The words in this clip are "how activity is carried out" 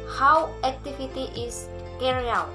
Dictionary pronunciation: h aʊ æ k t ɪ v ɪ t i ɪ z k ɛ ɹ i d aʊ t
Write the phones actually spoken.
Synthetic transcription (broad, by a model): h aʊ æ k t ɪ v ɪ t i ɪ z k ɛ ɹ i aʊ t